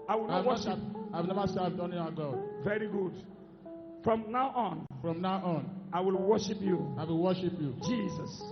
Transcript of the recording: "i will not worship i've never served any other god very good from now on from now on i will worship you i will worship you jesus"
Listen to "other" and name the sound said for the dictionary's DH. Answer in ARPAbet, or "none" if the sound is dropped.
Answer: none